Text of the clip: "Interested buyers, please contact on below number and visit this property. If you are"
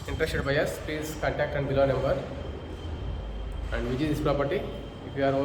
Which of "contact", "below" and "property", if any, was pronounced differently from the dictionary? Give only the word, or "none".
contact